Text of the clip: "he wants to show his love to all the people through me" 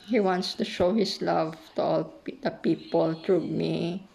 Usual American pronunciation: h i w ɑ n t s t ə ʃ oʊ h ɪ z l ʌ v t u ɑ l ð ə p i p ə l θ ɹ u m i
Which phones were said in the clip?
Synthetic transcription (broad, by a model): h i w ɑ n t s t ə ʃ oʊ h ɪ s l ʌ v t u ɑ l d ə p i p ə l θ ɹ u m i